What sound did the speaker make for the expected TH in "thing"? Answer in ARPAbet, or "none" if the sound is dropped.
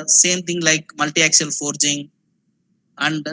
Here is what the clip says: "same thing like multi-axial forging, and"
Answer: T